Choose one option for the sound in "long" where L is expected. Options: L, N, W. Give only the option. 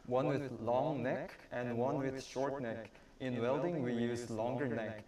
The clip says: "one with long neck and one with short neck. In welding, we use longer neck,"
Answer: L